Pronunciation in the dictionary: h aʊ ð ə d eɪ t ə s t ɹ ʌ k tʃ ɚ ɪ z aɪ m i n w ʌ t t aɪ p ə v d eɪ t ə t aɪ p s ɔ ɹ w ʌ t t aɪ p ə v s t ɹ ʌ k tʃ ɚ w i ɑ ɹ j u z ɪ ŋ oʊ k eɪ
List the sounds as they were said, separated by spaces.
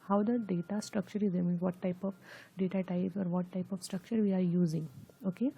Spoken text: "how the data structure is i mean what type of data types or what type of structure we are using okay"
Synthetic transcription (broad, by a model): h aʊ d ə d eɪ t ə s t ɹ ʌ k tʃ ɚ ɪ z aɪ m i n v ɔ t t aɪ p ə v d eɪ t ə t aɪ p ɔ ɹ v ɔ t t aɪ p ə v s t ɹ ʌ k tʃ ɚ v i ɑ ɹ j u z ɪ ŋ oʊ k eɪ